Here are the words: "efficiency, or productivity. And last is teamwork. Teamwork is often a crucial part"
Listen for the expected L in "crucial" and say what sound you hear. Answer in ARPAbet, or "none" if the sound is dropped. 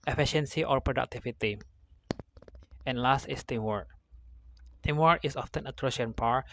N